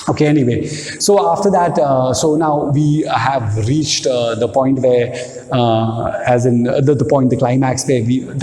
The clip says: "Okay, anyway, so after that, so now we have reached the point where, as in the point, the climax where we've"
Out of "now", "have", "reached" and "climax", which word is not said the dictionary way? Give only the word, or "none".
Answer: none